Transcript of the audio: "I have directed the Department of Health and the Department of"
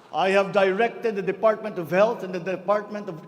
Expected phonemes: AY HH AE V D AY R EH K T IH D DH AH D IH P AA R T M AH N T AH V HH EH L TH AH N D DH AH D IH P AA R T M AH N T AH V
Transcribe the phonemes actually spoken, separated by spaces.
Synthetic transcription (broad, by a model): AY HH AE V D AY R EH K T IH D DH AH D IH P AA R T M AH N T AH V HH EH L T AH N D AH D IH P AA R T M AH N T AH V